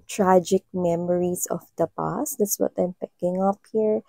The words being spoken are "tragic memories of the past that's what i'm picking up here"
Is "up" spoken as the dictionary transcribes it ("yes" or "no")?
yes